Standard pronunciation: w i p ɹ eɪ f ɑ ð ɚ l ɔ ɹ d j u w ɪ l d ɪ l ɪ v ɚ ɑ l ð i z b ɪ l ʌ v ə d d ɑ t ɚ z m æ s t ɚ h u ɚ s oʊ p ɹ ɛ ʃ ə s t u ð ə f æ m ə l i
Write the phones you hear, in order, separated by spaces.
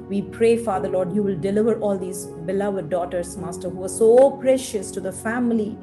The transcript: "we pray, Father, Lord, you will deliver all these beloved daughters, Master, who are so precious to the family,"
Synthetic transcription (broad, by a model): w i p ɹ eɪ f ɑ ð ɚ l ɔ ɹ d j u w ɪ l d ɪ l ɪ v ɚ ɑ l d i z b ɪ l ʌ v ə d d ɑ t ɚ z m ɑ s t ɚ h u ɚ s oʊ p ɹ ɛ ʃ ə s t u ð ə f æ m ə l i